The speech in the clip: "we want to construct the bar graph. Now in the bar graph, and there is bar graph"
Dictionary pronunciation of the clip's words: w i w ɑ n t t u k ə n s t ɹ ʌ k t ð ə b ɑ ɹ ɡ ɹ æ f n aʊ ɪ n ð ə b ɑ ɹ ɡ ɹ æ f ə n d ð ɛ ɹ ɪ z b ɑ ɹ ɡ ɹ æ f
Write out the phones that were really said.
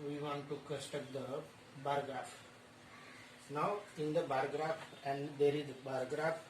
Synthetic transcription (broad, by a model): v i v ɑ n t t u k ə s t ʌ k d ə b ɑ ɹ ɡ ɹ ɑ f n aʊ ɪ n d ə b ɑ ɹ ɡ ɹ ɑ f ə n d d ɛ ɹ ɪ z b ɑ ɹ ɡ ɹ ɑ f